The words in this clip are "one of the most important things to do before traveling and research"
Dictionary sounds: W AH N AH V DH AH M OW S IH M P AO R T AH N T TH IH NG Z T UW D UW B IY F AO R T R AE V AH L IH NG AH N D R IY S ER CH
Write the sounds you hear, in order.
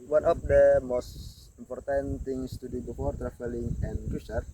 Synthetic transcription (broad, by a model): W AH N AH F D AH M OW S IH M P AO R T AH N T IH NG S T UW D UW B IY F AO R T R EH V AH L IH NG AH N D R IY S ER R